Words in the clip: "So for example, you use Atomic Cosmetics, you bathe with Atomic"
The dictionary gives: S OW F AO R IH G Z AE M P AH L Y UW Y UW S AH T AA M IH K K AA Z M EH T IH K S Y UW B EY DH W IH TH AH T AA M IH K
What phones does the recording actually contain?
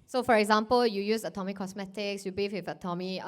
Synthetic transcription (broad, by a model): S OW F AO R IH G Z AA M P AH L Y UW Y UW S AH T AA M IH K K AA S M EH T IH K S Y UW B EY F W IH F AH T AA M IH